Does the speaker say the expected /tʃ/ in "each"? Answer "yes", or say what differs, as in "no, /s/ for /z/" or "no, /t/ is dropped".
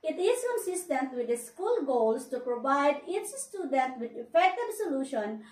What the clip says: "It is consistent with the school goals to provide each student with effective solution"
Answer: no, /s/ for /tʃ/